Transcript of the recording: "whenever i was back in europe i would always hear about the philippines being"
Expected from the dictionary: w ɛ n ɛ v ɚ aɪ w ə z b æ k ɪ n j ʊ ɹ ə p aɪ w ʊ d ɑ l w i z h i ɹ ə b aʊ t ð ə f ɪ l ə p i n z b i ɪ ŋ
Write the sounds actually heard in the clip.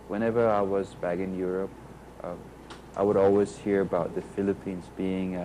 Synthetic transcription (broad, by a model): w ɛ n ɛ v ɚ aɪ w ə z b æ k ɪ n j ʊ ɹ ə p aɪ w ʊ d ɑ l w i z h i ɹ ə b aʊ t ð ə f ɪ l ə p i n z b i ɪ ŋ